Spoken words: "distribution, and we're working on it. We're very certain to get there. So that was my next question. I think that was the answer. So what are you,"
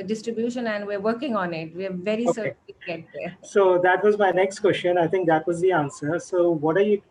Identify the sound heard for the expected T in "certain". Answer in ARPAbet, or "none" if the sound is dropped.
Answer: S